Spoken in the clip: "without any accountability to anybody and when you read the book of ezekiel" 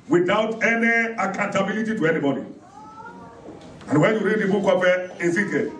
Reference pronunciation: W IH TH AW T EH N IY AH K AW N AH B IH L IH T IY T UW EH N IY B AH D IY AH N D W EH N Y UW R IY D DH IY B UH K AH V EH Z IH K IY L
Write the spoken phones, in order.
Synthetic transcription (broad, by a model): W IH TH AW T EH N IY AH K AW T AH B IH L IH T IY T UW EH N IY B AH D IY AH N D W EH N Y UW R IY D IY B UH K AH P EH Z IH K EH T